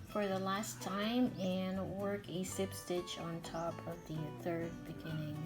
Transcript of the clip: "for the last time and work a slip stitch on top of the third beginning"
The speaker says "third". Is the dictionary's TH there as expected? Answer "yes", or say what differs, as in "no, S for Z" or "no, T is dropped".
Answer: yes